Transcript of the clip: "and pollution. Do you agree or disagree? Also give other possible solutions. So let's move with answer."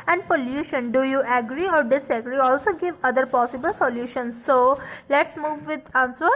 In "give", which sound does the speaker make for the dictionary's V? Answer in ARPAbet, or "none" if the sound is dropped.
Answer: V